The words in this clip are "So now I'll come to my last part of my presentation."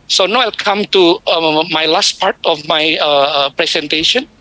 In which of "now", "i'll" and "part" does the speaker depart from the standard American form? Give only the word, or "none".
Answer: none